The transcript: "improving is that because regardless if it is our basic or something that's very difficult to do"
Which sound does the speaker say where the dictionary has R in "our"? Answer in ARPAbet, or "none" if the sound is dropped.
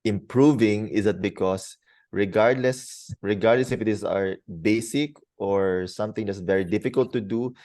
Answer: R